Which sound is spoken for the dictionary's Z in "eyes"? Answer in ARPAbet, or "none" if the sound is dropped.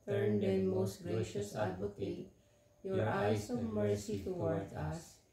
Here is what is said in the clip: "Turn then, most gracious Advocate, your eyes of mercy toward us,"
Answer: S